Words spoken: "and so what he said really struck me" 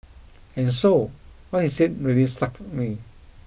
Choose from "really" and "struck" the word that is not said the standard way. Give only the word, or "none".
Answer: struck